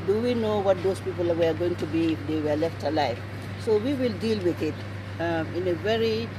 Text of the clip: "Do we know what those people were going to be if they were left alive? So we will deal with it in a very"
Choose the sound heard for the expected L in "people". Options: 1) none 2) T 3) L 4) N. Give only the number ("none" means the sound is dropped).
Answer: 3